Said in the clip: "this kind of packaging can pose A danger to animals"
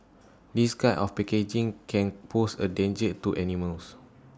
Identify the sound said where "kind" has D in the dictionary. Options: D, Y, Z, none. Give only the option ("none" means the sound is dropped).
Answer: none